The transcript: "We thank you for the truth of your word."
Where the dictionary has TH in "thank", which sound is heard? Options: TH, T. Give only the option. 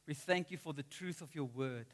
TH